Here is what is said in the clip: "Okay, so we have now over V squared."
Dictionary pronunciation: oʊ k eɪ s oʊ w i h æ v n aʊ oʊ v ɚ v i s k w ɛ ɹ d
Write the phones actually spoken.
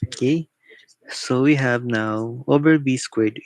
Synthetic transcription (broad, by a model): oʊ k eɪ s oʊ w i h æ v n aʊ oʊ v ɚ b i s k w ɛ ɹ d